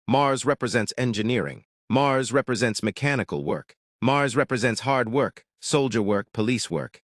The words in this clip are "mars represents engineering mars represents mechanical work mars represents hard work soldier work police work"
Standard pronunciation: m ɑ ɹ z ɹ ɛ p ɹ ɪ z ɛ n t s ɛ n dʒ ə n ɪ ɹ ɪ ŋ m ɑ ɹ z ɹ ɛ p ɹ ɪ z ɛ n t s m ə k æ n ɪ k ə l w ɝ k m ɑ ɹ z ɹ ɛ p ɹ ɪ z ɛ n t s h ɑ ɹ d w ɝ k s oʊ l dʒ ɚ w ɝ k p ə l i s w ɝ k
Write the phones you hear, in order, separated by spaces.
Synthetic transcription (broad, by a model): m ɑ ɹ z ɹ ɛ p ɹ ɪ z ɛ n t s ɛ n dʒ ə n ɪ ɹ ɪ ŋ m ɑ ɹ z ɹ ɛ p ɹ ɪ z ɛ n t s m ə k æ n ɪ k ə l w ɝ k m ɑ ɹ z ɹ ɛ p ɹ ɪ z ɛ n t s h ɑ ɹ d w ɝ k s oʊ l dʒ ɚ w ɝ k p ə l i s w ɝ k